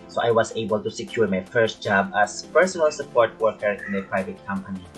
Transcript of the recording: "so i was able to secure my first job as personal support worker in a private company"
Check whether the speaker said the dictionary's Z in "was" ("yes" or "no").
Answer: no